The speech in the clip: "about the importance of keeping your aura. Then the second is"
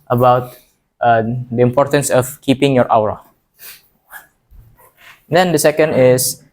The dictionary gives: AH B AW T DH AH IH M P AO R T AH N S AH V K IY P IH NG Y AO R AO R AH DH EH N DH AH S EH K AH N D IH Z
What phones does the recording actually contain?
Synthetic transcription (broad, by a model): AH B AW T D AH IH M P AO R T AH N S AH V K IY P IH NG Y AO R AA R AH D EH N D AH S EH K AH N D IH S